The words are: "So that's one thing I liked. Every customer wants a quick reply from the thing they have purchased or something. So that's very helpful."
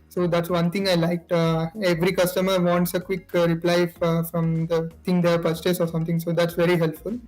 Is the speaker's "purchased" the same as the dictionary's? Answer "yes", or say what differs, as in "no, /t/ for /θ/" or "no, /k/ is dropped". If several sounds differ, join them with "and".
no, /t/ is dropped